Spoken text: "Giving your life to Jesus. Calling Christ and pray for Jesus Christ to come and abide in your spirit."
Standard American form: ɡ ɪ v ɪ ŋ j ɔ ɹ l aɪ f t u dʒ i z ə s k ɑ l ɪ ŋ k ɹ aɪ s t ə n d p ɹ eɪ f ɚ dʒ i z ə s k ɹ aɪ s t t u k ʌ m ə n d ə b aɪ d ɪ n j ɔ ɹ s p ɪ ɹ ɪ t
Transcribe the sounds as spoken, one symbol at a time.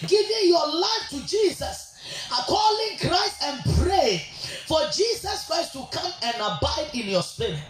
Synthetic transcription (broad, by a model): ɡ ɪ v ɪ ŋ j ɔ l aɪ f t u dʒ i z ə s k ɑ l ɪ ŋ k ɹ aɪ s t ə n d p ɹ eɪ f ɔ dʒ i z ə s k ɹ aɪ s t t u k ʌ m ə n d ə b aɪ d ɪ n j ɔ s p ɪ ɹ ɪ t